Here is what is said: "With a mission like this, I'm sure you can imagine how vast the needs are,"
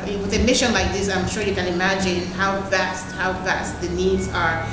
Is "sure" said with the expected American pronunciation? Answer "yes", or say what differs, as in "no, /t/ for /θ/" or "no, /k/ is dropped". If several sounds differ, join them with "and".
yes